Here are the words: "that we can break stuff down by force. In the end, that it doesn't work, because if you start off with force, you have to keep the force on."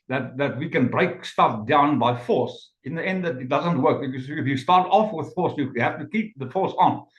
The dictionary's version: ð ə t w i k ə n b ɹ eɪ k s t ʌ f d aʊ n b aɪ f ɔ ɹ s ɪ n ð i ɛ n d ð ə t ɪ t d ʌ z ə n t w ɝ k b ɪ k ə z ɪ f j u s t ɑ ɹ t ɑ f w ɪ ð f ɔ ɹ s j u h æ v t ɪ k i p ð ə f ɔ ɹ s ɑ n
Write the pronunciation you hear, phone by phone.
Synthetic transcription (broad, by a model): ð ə t w i k ə n b ɹ eɪ k s t ʌ f d aʊ n b aɪ f ɔ ɹ s ɪ n ð i ɛ n d ð ə t ɪ t d ʌ z ə n t w ɝ k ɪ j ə s ɪ f j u s t ɑ ɹ t ɑ f w ɪ ð f ɔ ɹ s j u h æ f t ɪ k i p ð ə f ɔ ɹ s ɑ n